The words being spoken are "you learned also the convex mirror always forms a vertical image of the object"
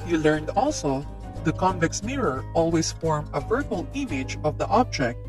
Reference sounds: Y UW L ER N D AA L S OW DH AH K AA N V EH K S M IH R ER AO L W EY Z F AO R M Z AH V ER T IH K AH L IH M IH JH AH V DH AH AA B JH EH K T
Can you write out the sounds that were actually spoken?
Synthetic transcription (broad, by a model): Y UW L ER N D AA L S OW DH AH K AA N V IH K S M IH R ER AO L W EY S F AO R M AH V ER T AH L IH M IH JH AH V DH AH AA B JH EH K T